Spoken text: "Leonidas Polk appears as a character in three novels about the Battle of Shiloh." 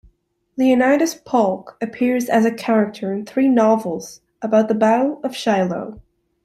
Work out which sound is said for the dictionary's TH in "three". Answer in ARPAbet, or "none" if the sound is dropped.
TH